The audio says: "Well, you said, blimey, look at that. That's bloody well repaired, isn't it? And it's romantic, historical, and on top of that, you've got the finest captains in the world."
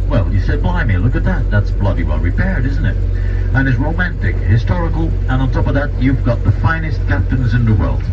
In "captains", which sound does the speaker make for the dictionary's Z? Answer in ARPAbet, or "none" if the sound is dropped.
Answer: Z